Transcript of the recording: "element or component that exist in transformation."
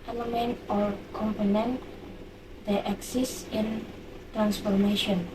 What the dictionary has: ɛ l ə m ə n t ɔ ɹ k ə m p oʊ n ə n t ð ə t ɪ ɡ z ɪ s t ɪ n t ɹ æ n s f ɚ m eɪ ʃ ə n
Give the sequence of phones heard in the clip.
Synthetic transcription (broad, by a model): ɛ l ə m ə n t ɔ ɹ k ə m p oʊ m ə n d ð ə t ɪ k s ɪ s ɪ n t ɹ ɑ n s f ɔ m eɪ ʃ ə n